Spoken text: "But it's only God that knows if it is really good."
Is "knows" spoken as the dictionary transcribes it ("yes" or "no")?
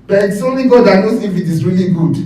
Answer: no